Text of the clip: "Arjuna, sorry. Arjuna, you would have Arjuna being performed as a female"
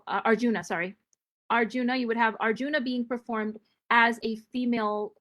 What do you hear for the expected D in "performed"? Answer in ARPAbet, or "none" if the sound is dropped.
D